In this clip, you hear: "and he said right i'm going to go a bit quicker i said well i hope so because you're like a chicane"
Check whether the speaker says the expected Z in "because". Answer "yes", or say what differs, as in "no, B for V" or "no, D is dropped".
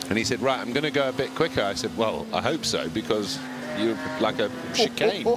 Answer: yes